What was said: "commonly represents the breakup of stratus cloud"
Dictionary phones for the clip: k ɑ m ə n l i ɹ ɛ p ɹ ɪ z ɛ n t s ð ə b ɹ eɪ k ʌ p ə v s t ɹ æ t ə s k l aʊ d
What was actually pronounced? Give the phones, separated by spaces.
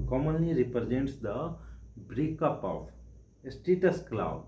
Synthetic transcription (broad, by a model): k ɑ m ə n l i ɹ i p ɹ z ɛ n t s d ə b ɹ eɪ k ʌ p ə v s t ɛ t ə s k l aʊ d